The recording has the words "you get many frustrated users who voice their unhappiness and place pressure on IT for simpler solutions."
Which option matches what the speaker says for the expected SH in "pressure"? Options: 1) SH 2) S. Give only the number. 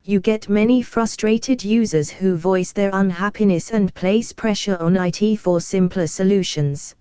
1